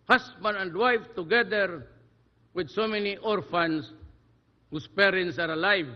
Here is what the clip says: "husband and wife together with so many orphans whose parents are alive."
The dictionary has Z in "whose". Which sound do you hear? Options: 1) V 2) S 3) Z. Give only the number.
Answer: 2